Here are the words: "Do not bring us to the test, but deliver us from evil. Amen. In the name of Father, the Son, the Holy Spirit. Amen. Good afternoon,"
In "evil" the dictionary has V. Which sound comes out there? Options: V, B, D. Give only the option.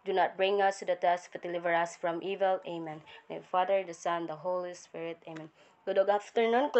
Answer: V